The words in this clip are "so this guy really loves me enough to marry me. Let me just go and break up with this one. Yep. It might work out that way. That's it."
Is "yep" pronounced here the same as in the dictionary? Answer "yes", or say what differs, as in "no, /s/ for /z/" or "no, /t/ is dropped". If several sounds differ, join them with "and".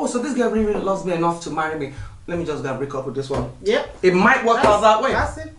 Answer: no, /p/ is dropped